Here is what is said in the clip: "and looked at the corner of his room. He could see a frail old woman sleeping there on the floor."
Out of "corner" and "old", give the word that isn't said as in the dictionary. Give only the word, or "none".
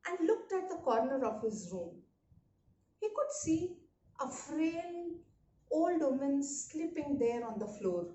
none